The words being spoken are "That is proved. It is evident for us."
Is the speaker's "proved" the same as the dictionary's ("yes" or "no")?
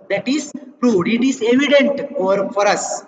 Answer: no